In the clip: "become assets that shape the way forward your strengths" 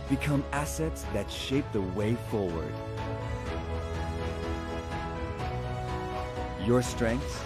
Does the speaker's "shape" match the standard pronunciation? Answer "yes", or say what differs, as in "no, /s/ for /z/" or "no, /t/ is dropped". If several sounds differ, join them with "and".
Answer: yes